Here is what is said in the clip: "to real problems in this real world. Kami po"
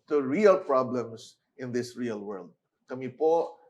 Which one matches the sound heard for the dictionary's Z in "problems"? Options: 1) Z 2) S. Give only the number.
2